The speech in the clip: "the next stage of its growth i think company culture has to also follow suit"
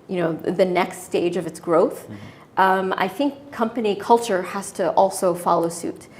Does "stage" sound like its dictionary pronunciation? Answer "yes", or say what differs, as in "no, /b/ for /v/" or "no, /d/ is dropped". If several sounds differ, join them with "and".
yes